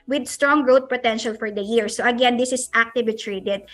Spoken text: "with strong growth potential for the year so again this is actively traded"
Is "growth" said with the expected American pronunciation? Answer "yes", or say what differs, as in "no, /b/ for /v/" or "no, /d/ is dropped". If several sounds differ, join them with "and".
no, /t/ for /θ/